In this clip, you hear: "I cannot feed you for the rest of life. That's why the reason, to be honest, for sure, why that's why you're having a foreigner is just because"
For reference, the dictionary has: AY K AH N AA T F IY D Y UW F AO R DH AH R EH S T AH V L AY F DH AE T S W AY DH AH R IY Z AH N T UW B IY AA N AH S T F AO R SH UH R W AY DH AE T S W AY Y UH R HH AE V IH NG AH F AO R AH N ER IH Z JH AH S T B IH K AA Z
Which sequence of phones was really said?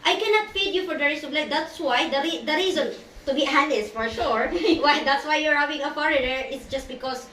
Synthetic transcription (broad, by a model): AY K AH N AA T F IY D Y UW F AO R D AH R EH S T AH B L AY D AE T S W AY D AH R IY Z AH N T UW B IY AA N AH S F AO R SH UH R W AY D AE T S W AY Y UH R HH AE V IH NG AH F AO R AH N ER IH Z JH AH S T B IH K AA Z